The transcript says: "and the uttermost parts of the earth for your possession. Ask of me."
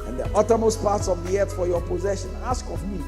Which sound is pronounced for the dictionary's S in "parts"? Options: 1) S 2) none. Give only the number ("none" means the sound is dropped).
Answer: 1